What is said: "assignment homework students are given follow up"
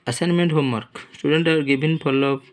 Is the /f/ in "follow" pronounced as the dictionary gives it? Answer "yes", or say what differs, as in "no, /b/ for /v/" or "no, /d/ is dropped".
no, /p/ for /f/